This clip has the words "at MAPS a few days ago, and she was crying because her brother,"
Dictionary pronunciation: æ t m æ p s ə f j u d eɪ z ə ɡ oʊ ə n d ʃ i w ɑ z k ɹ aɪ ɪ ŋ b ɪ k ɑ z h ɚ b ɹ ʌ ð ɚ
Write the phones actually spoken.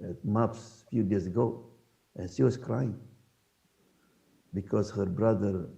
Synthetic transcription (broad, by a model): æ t m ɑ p s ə f j u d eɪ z ə ɡ oʊ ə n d ʃ i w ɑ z k ɹ aɪ ɪ ŋ b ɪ k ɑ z h ɚ b ɹ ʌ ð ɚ